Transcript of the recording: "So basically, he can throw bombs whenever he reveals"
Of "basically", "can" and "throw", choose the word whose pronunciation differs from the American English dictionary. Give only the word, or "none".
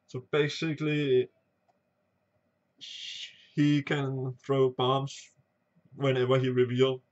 none